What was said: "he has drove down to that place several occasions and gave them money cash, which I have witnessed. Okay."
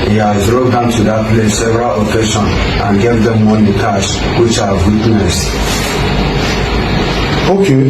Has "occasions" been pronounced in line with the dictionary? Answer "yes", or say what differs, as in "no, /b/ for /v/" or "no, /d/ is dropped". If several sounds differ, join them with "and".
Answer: no, /ʃ/ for /ʒ/ and /z/ is dropped